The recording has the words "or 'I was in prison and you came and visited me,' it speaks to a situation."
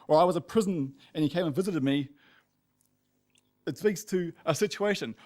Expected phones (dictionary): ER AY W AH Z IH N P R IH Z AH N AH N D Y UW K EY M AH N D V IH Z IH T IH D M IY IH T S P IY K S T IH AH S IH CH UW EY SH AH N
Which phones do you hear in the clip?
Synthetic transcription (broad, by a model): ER AY W AH Z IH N P R IH Z AH N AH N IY K EY M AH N V IH Z IH T IH D M IY IH T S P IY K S T IH AH S IH CH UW EY SH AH N